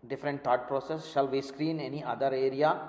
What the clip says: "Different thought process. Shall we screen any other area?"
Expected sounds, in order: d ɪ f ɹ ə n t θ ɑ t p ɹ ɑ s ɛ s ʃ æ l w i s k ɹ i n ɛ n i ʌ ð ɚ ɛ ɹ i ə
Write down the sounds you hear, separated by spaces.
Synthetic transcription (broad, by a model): d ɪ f ɹ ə n t t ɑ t p ɹ ɑ s ɛ s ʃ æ l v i s k ɹ i n ɛ n i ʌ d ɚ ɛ ɹ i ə